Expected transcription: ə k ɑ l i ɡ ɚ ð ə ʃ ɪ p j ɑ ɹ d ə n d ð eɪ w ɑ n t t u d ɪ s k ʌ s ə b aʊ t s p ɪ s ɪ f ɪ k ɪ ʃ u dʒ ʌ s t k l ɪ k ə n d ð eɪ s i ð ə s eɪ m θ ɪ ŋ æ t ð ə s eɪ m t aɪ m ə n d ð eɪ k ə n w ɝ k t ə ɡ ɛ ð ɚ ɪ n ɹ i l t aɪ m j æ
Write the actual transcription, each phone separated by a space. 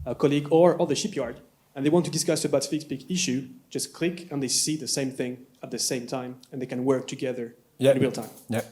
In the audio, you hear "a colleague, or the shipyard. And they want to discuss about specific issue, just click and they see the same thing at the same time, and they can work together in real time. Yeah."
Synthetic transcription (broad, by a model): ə k ɑ l i ɡ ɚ ð ə ʃ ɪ p j ɑ ɹ d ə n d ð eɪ w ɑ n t t u d ɪ s k ʌ s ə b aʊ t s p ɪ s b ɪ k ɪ ʃ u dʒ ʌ s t k l ɪ k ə n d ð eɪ s i ð ə s eɪ m θ ɪ ŋ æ t ð ə s eɪ m t aɪ m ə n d ð eɪ k ə n w ɝ k t ə ɡ ɛ ð ɚ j ɹ i l t aɪ m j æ